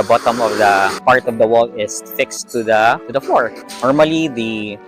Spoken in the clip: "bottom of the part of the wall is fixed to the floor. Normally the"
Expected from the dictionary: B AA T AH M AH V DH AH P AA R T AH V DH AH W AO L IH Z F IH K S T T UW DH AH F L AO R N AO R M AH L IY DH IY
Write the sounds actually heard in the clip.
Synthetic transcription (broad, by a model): B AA T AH M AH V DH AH P AA R T AH V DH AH W AO L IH S F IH K S T T UW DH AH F AO R N AO R M AH L IY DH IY